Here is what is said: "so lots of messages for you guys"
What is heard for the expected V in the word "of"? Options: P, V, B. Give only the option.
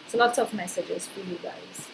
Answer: P